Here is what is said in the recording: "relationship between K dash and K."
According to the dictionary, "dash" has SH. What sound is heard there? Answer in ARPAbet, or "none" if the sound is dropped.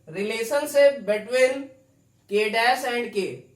S